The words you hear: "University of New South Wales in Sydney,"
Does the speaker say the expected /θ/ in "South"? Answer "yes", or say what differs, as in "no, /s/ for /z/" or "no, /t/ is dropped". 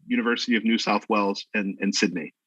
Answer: yes